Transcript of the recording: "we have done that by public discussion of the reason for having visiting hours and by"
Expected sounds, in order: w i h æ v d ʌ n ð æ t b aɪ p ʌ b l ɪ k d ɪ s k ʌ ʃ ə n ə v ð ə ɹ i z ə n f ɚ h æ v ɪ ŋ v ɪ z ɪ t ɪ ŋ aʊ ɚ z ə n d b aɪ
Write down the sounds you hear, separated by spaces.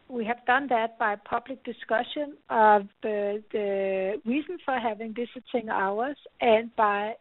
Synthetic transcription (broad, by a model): w i h æ v d ʌ n ð æ t b aɪ p ʌ b l ɪ k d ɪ s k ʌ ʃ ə n ə v ð ə ɹ i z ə n f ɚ h æ v ɪ ŋ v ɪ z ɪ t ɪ ŋ aʊ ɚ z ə n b aɪ